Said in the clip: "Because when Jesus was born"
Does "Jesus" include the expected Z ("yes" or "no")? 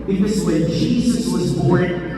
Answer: yes